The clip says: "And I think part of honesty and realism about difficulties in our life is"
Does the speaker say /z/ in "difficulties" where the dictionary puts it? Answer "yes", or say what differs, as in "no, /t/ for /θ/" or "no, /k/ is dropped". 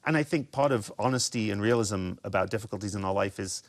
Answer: yes